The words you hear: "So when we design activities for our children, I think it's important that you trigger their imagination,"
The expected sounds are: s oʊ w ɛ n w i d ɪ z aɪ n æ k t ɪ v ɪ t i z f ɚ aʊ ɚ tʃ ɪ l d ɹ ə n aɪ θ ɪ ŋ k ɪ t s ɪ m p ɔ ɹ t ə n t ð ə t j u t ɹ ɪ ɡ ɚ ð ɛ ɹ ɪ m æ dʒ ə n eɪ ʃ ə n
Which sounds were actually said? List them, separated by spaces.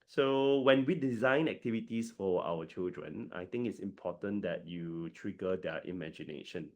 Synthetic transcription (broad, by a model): s oʊ w ɛ n w i d ɪ z aɪ n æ k t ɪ v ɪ t i s f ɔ aʊ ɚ tʃ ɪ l d ɹ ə n aɪ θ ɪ ŋ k ɪ t s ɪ m p ɔ t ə n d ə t j u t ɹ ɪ ɡ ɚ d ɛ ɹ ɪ m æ dʒ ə n eɪ ʃ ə n